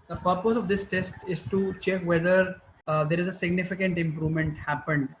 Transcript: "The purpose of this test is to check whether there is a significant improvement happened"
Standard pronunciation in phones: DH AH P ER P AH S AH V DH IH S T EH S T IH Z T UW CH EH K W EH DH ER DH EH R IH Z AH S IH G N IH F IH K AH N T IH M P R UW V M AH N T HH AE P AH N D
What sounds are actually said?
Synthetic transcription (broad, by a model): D AH P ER P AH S AH V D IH S T EH S T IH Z T UW CH EH K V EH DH ER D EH R IH Z AH S IH G N IH F IH K AH N T IH M P R UW V M AH N T HH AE P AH N D